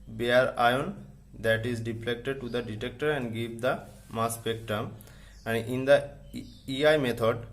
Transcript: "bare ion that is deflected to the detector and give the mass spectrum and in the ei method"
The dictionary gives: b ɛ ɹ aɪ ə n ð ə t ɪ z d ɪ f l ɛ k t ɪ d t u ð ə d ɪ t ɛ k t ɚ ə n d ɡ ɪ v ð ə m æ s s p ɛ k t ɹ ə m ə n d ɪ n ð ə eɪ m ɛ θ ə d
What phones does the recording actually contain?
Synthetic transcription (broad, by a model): b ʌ ɹ aɪ ə n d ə t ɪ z d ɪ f l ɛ k t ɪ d t u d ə d ɪ t ɛ k t ɚ ə n d ɡ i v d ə m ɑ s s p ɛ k t ə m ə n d ɪ n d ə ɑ m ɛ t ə d